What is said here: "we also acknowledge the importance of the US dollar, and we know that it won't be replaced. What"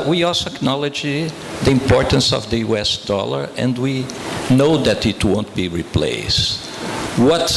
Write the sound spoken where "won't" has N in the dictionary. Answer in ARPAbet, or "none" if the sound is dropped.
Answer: N